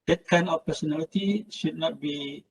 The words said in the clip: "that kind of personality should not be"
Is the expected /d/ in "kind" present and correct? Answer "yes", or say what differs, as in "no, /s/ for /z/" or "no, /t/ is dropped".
no, /d/ is dropped